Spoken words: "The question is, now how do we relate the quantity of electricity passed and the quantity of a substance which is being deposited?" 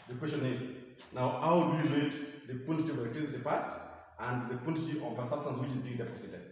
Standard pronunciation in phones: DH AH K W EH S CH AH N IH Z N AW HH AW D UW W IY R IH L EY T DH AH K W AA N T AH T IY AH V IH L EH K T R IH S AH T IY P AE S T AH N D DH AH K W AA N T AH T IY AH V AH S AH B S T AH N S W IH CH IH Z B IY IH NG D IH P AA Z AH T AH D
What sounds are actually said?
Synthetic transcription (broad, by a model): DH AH K W EH S CH AH N IH Z N AW HH AW D UW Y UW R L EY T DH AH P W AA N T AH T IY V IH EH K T IH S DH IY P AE S T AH N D DH AH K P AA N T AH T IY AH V AH S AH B S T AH N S W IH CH IH Z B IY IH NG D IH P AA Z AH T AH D